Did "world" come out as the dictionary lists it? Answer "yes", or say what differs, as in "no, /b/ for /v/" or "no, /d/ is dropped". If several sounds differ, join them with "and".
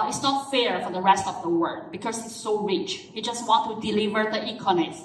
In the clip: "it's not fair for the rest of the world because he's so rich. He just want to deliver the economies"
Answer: no, /l/ is dropped